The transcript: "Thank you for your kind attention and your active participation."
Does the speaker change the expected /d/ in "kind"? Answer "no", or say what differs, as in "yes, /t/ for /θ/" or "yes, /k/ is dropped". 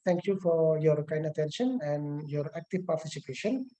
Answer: no